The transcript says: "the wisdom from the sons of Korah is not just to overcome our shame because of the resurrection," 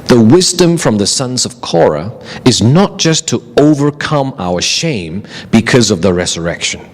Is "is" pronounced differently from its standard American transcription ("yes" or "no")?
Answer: no